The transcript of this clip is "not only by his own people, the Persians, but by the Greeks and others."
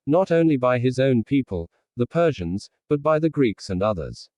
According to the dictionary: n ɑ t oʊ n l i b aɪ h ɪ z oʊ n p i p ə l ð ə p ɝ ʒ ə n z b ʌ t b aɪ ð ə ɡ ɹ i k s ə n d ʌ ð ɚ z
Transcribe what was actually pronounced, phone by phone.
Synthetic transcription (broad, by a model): n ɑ t oʊ n l i b aɪ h ɪ z oʊ n p i p ə l ð ə p ɝ ʒ ə n z b ʌ t b aɪ ð ə ɡ ɹ i k s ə n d ʌ ð ɚ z